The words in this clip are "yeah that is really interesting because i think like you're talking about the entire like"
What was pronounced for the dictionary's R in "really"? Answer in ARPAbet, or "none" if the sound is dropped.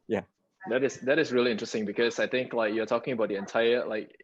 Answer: R